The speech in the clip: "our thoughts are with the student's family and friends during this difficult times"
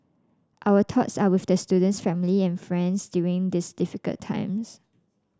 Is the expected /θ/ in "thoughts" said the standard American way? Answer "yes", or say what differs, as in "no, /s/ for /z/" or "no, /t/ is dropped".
no, /t/ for /θ/